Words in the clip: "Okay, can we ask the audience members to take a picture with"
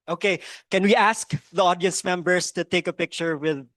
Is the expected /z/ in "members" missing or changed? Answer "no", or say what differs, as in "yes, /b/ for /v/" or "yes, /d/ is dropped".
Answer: yes, /s/ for /z/